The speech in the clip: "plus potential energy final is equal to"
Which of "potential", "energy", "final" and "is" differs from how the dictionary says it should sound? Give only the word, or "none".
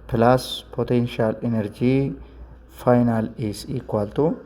is